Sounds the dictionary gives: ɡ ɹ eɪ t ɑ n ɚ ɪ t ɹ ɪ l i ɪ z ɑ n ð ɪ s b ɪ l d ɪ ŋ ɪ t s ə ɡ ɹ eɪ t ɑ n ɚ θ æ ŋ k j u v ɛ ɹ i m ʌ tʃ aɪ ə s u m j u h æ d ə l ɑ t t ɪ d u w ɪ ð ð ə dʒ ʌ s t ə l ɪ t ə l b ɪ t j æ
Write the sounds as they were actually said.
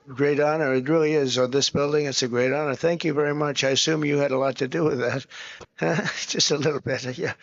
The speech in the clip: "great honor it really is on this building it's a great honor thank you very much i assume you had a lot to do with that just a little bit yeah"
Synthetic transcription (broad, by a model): ɡ ɹ eɪ t ɑ n ɚ ɪ t ɹ ɪ l i ɪ z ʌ ð ɪ s b ɪ l d ɪ ŋ ɪ t s ə ɡ ɹ eɪ t ɑ n ɚ θ æ ŋ k j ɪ v ɛ ɹ i m ʌ tʃ aɪ ə s u m j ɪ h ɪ d ə l ɑ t t ɪ d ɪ w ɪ ð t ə dʒ ʌ s t ə l ɪ t l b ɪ t j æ